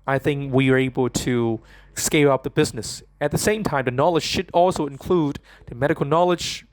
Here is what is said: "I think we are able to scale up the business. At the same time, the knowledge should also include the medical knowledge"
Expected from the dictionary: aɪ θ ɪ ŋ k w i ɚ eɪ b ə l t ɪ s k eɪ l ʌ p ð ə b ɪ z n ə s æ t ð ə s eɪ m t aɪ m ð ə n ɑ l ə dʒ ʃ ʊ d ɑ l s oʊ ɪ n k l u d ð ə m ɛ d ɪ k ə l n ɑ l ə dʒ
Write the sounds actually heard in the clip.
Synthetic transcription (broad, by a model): aɪ θ ɪ ŋ k w i ɚ eɪ b l t ɪ s k eɪ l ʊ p ð ə b ɪ z n ə s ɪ t ð ə s eɪ m t aɪ m ð ə n ɑ l ə dʒ ʃ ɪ d ɑ l s oʊ ɪ n k l u d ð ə m ɛ d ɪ k l n ɑ l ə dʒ